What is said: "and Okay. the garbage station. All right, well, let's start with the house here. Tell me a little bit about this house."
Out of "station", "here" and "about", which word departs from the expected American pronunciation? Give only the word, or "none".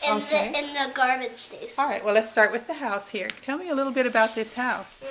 station